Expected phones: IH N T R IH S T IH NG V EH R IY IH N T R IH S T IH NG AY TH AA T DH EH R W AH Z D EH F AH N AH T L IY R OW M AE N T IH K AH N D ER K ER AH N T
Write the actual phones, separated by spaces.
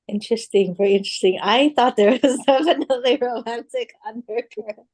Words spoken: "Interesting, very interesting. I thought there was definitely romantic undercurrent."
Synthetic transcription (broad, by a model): IH N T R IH S T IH NG V EH R IY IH N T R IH S T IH NG AY TH AA T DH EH R W AH Z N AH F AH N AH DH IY R OW M AE N T IH K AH N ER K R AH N